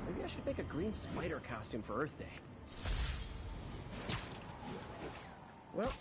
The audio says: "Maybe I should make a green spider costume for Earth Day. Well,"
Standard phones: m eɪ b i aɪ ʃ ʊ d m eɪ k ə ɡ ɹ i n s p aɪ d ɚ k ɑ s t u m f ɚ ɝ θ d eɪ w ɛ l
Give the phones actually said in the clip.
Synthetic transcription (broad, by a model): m eɪ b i aɪ ʃ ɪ d m eɪ k ə ɡ ɹ i n s p aɪ d ɚ k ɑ s t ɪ m f ɚ ɝ θ d eɪ w ɛ l